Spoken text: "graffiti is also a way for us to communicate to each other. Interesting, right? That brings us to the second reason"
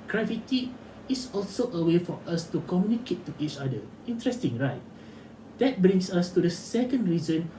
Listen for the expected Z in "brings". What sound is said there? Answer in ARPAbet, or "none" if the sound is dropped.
S